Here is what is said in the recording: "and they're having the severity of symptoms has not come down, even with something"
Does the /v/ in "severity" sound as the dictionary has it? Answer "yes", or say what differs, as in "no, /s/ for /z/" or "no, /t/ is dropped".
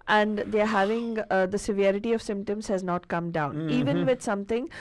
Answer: yes